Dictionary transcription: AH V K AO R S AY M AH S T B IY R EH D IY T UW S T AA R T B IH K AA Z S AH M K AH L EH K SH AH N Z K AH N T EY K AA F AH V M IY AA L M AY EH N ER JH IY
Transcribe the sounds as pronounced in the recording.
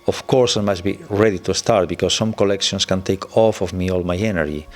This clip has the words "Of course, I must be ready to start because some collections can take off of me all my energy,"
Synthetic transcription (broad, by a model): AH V K AO R S AY M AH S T B IY R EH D IY T UW S T AA R T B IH K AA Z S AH M K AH L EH K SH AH N S K AH N T EY K AA F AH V M IY AA L M AY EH N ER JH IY